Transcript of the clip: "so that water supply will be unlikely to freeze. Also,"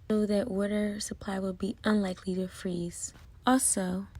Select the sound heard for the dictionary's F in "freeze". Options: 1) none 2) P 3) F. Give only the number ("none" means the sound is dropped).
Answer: 3